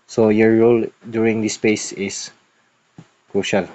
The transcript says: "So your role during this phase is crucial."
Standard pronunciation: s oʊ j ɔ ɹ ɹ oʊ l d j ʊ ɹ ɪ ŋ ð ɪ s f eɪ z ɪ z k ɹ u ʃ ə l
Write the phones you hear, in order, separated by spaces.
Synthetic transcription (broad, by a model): s oʊ j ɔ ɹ ɹ oʊ l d j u ɹ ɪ ŋ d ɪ s p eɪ s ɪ s k ɹ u ʃ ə l